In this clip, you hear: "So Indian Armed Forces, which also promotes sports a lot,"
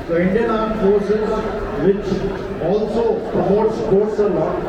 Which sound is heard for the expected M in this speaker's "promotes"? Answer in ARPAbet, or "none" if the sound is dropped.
none